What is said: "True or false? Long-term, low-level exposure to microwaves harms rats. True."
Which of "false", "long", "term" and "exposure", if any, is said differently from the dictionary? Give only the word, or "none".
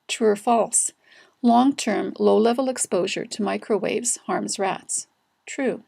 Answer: none